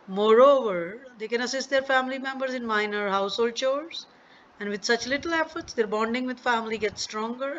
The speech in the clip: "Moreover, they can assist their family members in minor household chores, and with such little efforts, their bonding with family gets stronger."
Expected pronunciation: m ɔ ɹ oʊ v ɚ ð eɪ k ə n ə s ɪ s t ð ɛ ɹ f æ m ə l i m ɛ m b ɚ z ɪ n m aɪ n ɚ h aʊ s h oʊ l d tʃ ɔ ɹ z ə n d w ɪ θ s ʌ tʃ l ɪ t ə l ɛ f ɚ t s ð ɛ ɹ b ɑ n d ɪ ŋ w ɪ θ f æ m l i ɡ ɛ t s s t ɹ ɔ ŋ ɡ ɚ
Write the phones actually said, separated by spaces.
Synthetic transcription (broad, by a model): m ɔ ɹ oʊ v ɚ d eɪ k ə n ə s ɪ s t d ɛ ɹ f æ m ə l i m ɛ m b ɚ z ɪ n m aɪ n ɚ h aʊ s h oʊ l d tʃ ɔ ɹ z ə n d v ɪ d s ʌ tʃ l ɪ t ə l ɛ f ɚ t s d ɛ ɹ b ɑ n d ɪ ŋ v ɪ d f æ m l i ɡ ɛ t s s t ɹ ɔ ŋ ɡ ɚ